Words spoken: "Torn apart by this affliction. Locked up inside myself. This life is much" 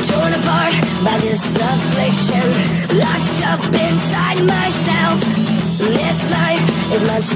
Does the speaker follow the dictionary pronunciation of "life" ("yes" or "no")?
no